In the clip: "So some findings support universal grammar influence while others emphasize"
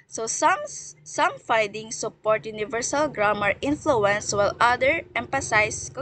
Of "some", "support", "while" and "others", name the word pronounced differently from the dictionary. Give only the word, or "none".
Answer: others